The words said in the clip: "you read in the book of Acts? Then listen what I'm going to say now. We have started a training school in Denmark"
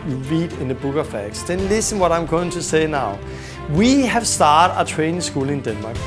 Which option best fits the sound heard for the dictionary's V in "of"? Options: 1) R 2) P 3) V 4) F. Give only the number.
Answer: 4